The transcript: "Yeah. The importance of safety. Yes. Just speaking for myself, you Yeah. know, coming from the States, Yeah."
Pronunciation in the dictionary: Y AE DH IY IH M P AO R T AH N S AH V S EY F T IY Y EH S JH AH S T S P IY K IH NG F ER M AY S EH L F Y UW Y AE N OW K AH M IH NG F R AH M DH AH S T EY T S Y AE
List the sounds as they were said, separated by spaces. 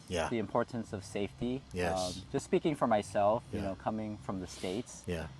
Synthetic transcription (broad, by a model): Y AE DH IY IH M P AO R T N S AH V S EY F T IY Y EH JH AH S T S P IY K IH NG F ER M AY S EH L F Y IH N OW K AH M IH NG F R AH M DH AH S T EY T S Y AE